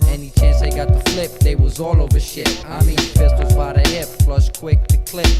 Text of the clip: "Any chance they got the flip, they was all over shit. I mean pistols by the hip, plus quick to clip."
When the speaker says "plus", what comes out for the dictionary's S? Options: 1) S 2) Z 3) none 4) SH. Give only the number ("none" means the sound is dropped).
4